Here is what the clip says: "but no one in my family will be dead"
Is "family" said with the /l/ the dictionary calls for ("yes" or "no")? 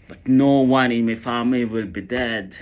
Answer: no